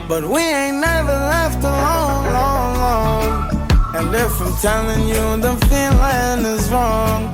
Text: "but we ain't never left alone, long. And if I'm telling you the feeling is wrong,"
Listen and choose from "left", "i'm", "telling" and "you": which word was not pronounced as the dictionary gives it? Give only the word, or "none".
none